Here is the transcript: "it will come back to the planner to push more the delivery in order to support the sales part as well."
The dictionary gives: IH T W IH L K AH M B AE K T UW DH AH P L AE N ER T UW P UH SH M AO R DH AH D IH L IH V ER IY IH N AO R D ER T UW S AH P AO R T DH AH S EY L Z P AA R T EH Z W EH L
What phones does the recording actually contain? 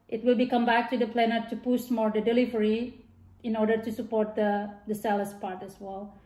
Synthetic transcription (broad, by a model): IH T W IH L K AH M B AE K T UW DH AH P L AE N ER T UW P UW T M AO R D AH D IH L IH V ER IY IH N AO R D ER T UW S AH P AO R T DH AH S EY L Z P AA R T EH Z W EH L